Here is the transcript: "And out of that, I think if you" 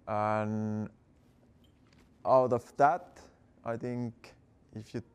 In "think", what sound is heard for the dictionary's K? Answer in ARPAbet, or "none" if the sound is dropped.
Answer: K